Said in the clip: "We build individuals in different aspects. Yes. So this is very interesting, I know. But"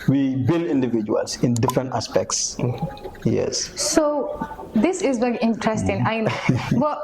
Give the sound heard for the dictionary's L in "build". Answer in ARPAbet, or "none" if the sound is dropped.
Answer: L